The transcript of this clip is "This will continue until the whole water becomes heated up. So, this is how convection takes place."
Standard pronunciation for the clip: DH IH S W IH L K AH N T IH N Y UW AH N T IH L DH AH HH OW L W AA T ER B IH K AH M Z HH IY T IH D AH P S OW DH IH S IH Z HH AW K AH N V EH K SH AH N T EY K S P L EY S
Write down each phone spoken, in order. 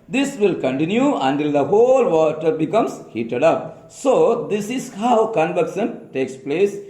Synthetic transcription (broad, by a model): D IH S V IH L K AH N T IH N Y UW AH N T IH L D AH HH OW L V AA T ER B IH K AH M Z HH IY T IH D AH P S OW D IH S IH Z HH AW K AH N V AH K S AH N T EY K S P L EY S